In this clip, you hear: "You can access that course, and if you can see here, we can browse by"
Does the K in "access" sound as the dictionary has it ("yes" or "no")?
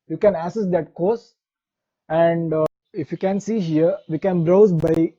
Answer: no